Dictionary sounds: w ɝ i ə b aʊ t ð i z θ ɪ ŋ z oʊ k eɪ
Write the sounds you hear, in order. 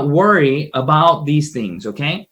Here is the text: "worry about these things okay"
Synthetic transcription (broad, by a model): w ɝ i ə b aʊ t ð i z θ ɪ ŋ z oʊ k eɪ